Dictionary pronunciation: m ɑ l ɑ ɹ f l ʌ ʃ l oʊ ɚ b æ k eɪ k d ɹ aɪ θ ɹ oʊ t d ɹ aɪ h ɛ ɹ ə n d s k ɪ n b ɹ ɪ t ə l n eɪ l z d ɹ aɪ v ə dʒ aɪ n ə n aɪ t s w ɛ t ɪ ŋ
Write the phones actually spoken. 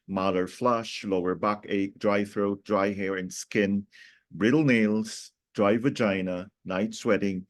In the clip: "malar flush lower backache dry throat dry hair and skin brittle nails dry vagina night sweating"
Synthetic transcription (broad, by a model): m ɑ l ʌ ɹ f l ʌ ʃ l oʊ ɚ b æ k eɪ k d ɹ aɪ θ ɹ oʊ t d ɹ aɪ h ɛ ɹ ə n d s k ɪ n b ɹ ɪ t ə l n eɪ l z d ɹ aɪ v ə dʒ aɪ n ə n aɪ t s w ɛ t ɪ ŋ